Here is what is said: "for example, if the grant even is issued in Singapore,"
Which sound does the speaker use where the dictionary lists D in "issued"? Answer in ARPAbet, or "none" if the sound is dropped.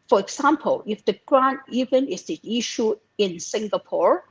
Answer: none